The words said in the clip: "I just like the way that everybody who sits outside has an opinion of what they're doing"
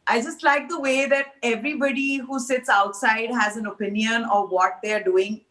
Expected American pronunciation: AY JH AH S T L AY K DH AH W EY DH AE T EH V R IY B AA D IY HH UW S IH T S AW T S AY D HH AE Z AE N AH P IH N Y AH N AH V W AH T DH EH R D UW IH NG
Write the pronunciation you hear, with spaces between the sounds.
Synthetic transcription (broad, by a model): AY JH AH S T L AY K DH AH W EY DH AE T EH V R IY B AA D IY HH UW S IH T S AW T S AY D HH AE Z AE N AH P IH N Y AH N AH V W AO T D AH R D UW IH NG